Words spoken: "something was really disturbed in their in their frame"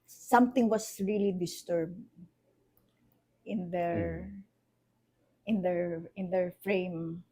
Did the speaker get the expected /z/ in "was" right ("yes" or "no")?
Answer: no